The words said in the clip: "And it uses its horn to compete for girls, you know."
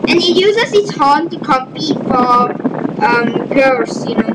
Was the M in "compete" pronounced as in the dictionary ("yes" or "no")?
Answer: no